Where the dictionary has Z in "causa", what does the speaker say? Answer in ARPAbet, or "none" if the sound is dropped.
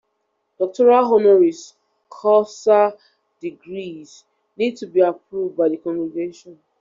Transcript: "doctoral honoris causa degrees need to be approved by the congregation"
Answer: S